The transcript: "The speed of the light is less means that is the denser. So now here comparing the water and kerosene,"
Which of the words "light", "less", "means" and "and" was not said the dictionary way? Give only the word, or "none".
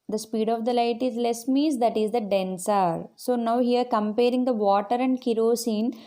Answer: means